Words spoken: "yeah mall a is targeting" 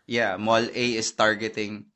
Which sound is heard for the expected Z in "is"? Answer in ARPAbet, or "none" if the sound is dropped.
S